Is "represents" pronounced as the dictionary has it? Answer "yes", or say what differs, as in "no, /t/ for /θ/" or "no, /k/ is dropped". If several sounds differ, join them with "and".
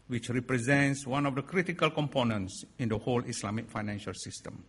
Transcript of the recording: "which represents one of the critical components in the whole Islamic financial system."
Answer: yes